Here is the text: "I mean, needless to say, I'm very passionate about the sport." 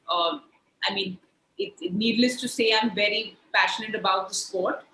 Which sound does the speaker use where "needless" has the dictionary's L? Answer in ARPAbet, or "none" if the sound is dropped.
L